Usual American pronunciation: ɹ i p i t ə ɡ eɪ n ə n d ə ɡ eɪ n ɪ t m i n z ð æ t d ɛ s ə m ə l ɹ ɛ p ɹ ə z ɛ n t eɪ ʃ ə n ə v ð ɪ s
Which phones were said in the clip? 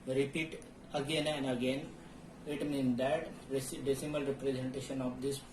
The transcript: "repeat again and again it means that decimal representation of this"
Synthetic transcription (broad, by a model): ɹ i p i t ə ɡ eɪ n ə n d ə ɡ eɪ n ɪ t m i n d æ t d ɛ s ə m ə l ɹ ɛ p ɹ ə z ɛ n t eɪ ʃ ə n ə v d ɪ s